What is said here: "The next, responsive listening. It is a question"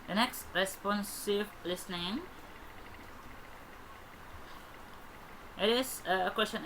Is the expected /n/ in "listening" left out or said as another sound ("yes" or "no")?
no